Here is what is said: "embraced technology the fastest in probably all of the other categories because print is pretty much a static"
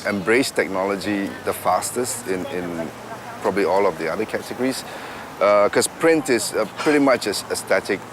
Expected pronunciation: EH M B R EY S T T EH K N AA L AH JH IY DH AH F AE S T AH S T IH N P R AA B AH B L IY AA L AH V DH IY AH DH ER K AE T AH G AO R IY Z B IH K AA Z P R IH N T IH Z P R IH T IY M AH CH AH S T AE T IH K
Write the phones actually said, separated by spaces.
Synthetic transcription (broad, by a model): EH M B R EY S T T EH K N AA L AH JH IY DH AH F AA S T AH S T IH N P R AA B AH B L IY AA L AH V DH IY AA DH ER K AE T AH G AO R IY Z K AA S P R IH N T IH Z P R IH T IY M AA CH AH S T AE T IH K